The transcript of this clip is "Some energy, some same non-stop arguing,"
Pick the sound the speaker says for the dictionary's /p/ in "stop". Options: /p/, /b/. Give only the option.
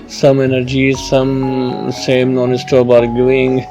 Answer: /b/